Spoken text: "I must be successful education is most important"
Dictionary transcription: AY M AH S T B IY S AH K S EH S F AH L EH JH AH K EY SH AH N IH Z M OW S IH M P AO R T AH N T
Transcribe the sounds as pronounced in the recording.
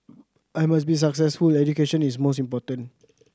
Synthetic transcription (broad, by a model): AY M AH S B IY S AH K S EH S F AH L EH JH AH K EY SH AH N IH S M OW S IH M P AO T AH N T